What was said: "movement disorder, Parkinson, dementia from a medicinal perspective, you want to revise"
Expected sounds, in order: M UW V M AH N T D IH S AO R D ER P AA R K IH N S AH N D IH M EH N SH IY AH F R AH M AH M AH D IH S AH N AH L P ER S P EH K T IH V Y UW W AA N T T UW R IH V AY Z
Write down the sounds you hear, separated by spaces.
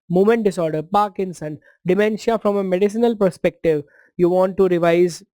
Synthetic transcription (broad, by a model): M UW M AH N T D IH S AO R D ER P AA R K IH N S AH N D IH M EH N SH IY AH F R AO M AH M AH D IH S AH N AH L P ER S P EH K T IH V Y UW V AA N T T UW R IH V AY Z